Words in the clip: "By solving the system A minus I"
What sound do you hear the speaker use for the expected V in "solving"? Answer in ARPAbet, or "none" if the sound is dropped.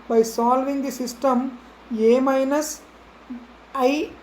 V